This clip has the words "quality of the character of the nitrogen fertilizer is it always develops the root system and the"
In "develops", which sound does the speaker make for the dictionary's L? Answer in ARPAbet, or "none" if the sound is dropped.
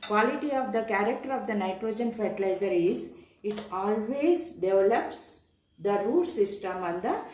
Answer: L